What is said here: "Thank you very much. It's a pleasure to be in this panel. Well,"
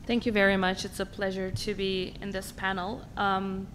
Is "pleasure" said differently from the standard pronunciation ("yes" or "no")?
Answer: no